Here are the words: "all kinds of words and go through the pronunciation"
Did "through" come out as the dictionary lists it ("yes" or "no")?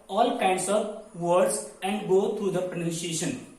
no